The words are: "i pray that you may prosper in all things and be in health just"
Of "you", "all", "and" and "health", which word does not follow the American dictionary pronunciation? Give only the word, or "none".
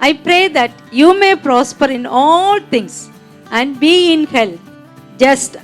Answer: health